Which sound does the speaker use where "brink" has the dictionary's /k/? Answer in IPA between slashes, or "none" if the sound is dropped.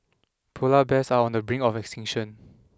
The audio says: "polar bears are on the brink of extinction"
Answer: none